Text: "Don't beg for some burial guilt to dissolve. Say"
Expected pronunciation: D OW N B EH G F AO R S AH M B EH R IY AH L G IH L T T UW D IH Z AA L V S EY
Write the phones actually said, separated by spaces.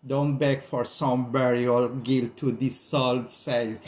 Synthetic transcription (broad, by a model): D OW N B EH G F AO R S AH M B EH R IY AH L G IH L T T UW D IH S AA L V S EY